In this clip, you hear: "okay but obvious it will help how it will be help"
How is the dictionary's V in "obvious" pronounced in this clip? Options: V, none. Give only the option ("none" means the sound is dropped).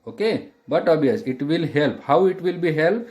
none